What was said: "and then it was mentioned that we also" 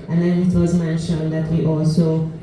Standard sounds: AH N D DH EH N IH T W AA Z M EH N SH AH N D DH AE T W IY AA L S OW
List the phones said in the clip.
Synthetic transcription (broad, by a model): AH N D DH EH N IH T W AA Z M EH N SH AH N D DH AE T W IY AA L S OW